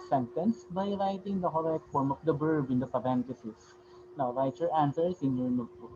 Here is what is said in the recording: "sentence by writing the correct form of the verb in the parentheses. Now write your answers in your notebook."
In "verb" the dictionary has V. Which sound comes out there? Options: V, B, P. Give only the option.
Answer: B